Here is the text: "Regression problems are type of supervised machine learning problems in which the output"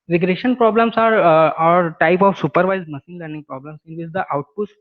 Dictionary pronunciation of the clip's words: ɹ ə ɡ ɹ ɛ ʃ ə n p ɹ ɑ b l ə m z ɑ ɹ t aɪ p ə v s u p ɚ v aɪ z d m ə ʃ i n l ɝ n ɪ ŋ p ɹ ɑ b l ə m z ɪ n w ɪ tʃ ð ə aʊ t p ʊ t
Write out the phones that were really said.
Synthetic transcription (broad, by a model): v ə ɡ ɹ ɛ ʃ ə n p ɹ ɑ b l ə m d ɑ ɹ t aɪ p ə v s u p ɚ v aɪ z m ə s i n l ɝ n ɪ ŋ p ɹ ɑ b l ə m s ɪ n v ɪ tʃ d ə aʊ t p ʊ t